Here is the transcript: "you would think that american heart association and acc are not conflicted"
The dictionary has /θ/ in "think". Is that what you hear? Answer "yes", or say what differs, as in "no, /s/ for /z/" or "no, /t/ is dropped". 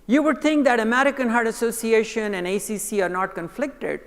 no, /t/ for /θ/